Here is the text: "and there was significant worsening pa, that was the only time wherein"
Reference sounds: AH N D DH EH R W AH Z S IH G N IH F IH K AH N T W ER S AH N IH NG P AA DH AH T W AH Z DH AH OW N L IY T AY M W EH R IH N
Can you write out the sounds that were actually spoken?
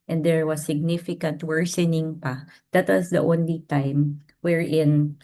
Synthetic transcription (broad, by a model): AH N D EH R W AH S IH G N IH F IH K AH N T W ER S AH N IH NG P AA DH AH T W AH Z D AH OW N L IY T AY M W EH R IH N